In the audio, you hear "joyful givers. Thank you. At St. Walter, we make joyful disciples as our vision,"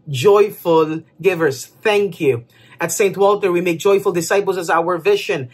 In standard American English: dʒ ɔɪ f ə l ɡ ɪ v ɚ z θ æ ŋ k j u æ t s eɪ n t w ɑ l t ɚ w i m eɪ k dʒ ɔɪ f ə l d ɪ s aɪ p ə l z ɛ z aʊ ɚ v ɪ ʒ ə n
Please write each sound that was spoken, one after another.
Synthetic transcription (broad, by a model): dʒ ɔɪ f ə l ɡ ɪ v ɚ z θ æ ŋ k j u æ t s eɪ n t w ɑ l t ɚ w i m eɪ k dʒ ɔɪ f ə l d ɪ s aɪ p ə l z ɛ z aʊ ɚ v ɪ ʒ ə n